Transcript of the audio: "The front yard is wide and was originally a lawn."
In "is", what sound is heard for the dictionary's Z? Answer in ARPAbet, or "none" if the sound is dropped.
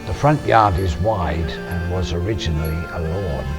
Z